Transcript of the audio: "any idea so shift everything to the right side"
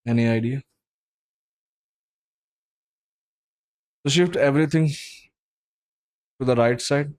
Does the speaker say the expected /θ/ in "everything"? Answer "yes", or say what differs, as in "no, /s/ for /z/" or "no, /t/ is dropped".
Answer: no, /t/ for /θ/